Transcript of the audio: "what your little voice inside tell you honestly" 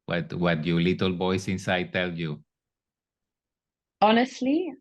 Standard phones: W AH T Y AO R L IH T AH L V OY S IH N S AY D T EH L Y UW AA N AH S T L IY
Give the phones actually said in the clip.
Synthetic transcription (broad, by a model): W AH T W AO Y L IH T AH L B OY S IH N S AY D T EH L Y UW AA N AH S T L IY